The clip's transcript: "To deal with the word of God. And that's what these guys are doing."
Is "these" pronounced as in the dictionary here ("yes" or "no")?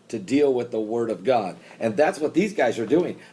yes